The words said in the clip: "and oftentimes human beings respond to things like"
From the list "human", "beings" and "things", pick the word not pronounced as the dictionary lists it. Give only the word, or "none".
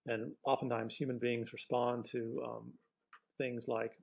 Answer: none